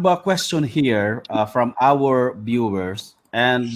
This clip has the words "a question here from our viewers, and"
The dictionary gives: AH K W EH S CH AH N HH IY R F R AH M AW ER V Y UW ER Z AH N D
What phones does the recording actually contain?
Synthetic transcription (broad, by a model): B K W EH S CH AH N HH IY R F R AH M AW ER B Y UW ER S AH N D